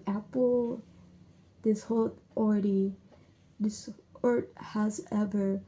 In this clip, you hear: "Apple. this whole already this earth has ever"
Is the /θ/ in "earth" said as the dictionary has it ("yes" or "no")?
no